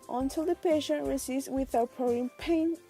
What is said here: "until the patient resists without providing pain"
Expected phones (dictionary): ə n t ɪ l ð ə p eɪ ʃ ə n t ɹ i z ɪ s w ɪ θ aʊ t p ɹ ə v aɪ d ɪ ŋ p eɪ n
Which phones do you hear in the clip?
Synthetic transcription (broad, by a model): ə n t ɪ l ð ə p eɪ ʃ ə n t ɹ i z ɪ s w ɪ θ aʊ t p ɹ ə ʊ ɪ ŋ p eɪ n